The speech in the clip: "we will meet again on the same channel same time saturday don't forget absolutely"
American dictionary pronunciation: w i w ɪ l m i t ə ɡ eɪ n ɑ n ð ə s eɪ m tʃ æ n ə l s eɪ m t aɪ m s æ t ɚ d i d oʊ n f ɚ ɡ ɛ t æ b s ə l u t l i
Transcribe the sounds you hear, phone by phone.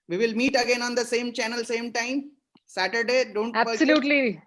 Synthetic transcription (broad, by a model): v i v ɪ l m i t ə ɡ eɪ n ɑ n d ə s eɪ m tʃ æ n ə l s eɪ m t aɪ m s æ t ɚ d i d oʊ n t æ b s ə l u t l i